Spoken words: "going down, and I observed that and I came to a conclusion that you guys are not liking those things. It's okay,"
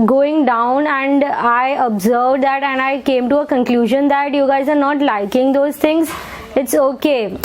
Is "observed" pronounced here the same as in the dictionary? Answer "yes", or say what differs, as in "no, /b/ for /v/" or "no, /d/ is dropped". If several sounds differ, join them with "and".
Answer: yes